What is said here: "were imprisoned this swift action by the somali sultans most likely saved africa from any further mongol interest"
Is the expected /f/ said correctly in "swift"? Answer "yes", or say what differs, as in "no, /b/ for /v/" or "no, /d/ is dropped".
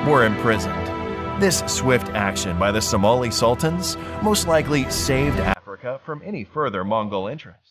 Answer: yes